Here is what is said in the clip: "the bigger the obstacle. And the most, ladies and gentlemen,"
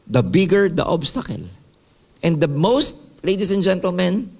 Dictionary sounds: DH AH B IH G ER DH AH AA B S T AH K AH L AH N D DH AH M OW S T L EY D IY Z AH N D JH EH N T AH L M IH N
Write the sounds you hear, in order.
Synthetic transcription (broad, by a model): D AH B IH G ER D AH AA B S T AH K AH L AH N D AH M OW S T L EY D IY S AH N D JH EH N T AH L M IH N